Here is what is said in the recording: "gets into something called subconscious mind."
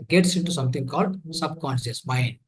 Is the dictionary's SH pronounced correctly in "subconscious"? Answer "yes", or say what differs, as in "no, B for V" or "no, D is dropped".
no, S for SH